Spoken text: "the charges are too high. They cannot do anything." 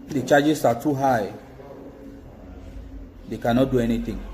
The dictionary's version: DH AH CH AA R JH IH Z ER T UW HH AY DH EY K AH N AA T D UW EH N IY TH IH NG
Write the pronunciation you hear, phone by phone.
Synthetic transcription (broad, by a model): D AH CH AA JH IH S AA T UW HH AY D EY K AH N AA T D UW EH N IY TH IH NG